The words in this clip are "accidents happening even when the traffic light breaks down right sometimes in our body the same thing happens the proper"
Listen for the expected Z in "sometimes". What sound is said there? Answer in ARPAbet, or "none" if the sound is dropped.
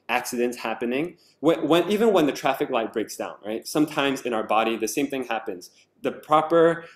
Z